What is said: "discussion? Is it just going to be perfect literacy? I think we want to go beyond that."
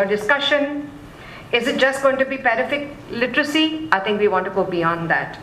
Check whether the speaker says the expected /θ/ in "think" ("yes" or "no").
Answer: no